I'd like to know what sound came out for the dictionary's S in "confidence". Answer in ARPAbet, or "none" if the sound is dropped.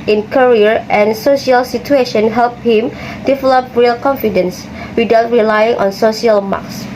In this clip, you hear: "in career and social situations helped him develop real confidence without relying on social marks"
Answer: S